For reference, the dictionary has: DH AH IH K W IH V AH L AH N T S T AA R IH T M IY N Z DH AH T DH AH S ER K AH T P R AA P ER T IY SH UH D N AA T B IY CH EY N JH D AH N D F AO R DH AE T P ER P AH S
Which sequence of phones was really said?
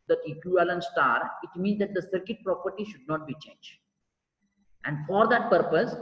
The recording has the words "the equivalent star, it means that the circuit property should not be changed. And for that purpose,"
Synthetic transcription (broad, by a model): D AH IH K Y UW AH L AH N S T AA R IH T M IY N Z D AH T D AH S ER K AH T P R AA P ER T IY SH UH D N AA T B IY CH EY N JH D AH N D F AO R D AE T P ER P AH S